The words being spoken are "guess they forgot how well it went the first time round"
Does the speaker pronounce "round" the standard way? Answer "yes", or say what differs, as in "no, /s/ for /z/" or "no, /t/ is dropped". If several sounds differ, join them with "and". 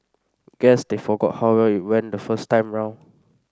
no, /d/ is dropped